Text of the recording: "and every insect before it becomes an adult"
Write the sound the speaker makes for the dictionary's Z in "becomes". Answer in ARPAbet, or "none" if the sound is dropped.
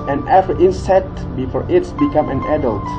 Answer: none